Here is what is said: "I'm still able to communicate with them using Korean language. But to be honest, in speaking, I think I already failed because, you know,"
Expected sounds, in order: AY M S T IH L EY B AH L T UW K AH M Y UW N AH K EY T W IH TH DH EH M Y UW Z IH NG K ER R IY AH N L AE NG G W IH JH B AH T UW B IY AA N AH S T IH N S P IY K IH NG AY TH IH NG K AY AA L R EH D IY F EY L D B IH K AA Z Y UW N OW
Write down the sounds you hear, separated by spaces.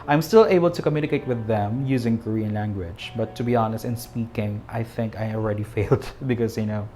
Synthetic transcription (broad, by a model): AY M S T IH L EY B AH L T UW K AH M Y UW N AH K EY T W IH DH EH M Y UW Z IH NG K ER R IY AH N L AE NG G W IH JH B AH T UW B IY AA N AH S T IH N S P IY K IH NG AY TH IH NG K AY AA L R EH D IY F EY L D B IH K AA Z Y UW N OW